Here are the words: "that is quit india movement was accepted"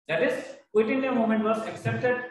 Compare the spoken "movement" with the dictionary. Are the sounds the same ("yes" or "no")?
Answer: no